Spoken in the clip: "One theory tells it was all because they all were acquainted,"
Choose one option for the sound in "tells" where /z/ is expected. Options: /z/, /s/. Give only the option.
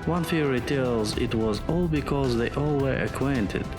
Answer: /z/